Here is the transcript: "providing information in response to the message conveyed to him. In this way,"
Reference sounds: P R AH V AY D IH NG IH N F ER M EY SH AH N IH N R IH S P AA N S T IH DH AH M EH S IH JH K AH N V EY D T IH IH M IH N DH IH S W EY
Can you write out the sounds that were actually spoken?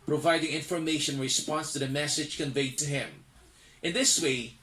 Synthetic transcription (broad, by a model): P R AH V AY D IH NG IH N F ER M EY AH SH IH N R IH S P AA N S T IH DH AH M EH S IH JH K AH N V EY D T IH IH M IH N DH IH S W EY